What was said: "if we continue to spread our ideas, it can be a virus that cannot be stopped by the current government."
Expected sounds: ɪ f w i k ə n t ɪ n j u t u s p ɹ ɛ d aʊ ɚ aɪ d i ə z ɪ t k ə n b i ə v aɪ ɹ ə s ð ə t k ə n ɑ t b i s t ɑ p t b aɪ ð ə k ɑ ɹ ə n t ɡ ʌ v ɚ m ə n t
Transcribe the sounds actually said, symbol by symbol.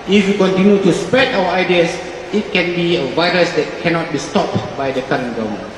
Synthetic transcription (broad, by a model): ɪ f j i k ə n t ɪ n j u t u s p ɹ ɛ d aʊ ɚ aɪ d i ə s ɪ t k ə n b i ə v aɪ ɹ ə s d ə t k ə n ɑ t b i s t ɑ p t b aɪ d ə k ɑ ɹ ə n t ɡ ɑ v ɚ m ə n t